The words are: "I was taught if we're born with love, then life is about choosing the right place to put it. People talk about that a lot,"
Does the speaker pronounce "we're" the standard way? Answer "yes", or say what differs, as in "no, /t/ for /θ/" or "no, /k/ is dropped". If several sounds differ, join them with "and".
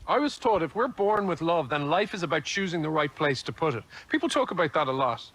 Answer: yes